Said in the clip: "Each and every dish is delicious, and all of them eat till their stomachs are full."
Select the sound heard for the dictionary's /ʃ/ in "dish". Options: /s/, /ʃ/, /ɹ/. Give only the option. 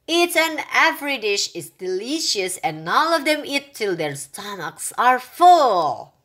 /ʃ/